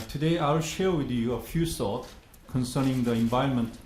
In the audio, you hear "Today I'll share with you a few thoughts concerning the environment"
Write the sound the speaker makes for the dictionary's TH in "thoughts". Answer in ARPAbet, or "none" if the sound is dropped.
S